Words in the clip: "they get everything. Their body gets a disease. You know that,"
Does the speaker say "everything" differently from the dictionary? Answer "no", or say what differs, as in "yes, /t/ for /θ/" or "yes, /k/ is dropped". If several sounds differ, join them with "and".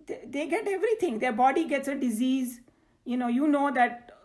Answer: yes, /t/ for /θ/